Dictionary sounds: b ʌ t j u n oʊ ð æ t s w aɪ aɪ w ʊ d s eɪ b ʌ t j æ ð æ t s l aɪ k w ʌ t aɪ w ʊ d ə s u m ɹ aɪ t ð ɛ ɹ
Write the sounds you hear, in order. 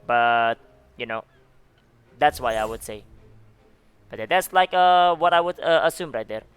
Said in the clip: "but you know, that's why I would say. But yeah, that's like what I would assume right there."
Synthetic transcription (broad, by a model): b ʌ t j u n oʊ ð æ t s w aɪ aɪ w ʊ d s eɪ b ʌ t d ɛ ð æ t s l aɪ k w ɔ t aɪ w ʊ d ə s u m ɹ aɪ t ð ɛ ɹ